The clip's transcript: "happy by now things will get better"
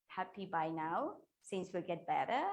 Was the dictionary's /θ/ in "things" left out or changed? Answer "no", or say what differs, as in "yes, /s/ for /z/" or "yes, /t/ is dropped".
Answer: yes, /s/ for /θ/